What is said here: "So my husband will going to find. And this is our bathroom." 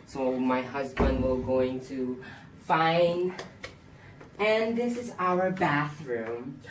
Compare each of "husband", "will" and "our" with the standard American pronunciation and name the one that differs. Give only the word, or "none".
none